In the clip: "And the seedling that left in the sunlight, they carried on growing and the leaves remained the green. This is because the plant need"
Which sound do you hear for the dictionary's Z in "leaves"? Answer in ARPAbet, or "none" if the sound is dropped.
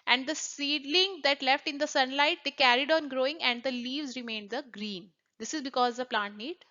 Z